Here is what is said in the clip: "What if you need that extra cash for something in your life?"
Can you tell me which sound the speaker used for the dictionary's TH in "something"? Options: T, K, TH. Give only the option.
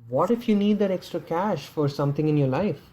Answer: T